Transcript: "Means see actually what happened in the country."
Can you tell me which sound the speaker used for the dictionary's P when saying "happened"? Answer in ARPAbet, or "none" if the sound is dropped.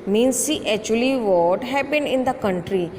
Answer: B